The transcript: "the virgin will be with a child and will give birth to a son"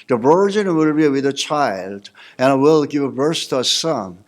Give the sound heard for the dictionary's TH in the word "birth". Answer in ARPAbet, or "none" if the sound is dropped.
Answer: S